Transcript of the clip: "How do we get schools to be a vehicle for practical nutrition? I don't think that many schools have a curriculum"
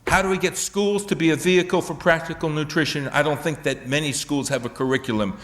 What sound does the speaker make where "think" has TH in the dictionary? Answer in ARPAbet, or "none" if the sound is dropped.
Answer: TH